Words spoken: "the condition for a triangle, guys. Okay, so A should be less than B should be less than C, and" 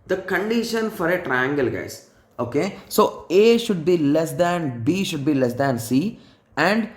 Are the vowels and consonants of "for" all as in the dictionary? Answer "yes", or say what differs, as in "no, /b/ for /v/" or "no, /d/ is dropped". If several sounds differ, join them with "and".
yes